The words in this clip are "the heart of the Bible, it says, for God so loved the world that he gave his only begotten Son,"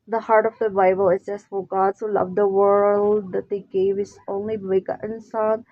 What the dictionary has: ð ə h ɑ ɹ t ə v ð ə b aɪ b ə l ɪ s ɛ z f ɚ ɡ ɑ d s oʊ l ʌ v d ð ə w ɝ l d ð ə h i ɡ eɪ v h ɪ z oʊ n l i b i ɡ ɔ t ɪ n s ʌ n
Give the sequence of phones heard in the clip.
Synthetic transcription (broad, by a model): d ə h ɑ ɹ t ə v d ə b aɪ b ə l ɪ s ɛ s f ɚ ɡ ɑ d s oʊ l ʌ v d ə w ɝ l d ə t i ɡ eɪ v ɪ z oʊ n l i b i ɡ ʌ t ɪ n s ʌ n